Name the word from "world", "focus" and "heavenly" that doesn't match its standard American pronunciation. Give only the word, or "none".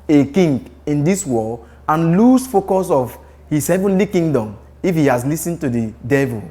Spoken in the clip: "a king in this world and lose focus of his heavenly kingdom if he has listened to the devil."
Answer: world